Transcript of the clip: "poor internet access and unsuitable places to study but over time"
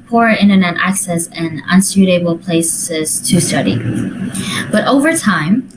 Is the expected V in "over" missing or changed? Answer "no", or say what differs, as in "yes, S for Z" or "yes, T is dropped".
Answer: no